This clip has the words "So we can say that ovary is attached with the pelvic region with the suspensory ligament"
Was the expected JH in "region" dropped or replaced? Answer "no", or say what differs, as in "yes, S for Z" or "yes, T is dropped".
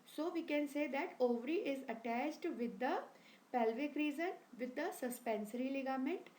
yes, Z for JH